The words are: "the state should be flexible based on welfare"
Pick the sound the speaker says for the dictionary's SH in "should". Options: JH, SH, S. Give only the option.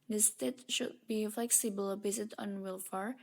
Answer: SH